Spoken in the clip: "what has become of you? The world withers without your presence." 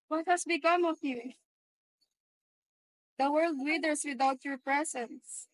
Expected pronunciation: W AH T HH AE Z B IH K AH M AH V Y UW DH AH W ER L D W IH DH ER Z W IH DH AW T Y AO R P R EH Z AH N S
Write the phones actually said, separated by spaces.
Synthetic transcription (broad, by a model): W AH T HH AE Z B IH K AH M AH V Y UW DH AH W ER L D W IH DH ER S W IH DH AW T Y AO R P R EH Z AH N S